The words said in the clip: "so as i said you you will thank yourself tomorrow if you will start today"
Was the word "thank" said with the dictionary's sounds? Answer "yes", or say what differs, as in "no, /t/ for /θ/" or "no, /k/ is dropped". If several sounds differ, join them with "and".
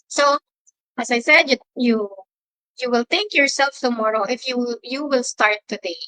no, /t/ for /θ/